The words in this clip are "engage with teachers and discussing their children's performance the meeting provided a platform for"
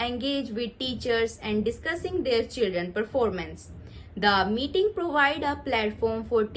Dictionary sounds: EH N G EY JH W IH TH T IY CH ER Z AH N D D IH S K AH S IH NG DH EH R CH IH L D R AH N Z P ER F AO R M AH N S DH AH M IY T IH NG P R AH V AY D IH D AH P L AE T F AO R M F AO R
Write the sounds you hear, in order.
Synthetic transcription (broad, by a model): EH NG G EY JH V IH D T IY CH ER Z AH N D D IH S K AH S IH NG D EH R CH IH L D R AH N P ER F AO R M AH N S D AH M IY T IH NG P R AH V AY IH D AH P L AE T F AO R M F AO R